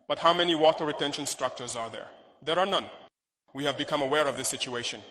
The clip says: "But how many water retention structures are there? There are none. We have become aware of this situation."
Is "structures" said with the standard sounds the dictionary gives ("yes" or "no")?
yes